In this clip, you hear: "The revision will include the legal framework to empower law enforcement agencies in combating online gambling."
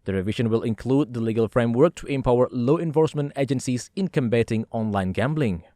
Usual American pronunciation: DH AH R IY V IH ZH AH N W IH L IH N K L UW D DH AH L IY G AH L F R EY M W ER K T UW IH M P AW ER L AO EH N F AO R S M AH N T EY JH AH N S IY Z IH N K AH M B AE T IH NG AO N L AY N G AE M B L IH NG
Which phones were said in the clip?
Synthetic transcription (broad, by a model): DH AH R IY V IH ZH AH N W IH L IH N K L UW D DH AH L IY G AH L F R EY M W ER K T UW IH M P AW ER L AO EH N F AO R S M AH N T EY JH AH N S IY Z IH N K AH M B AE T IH NG AO N L AY N G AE M B L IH NG